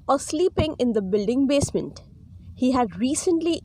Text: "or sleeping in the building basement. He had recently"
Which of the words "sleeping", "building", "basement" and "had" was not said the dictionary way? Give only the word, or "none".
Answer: none